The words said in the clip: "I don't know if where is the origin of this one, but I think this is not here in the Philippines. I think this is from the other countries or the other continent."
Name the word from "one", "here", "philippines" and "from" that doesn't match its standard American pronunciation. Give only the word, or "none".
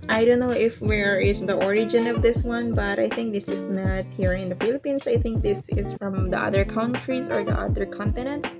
philippines